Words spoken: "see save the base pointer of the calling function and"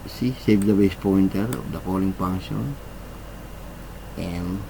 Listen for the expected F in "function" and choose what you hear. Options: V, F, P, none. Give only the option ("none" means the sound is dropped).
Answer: P